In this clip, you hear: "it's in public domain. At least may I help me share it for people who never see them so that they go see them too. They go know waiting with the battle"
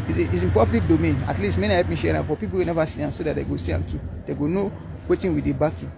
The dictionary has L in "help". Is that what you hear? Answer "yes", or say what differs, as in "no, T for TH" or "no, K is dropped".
no, L is dropped